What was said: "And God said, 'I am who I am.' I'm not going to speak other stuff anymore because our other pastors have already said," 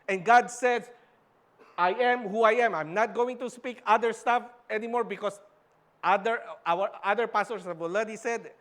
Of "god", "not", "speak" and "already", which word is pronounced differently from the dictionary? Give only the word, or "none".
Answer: already